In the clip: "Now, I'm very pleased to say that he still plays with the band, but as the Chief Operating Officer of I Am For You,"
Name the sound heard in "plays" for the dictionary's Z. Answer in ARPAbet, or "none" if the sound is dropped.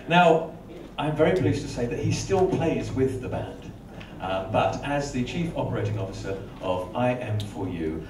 Z